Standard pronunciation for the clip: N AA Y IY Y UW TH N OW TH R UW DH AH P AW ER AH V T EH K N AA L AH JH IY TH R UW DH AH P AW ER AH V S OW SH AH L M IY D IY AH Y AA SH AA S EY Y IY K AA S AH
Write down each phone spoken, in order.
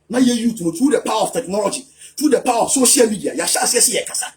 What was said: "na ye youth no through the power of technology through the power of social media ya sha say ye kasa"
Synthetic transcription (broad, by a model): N AA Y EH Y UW T N OW T R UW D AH P AW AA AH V T EH K N AA L AH JH IY T R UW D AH P AW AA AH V S OW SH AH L M IY D IY AH Y AA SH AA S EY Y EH K AA S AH